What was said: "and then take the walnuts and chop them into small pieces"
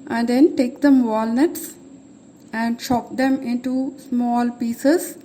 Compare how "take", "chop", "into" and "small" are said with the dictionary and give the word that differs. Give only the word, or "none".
chop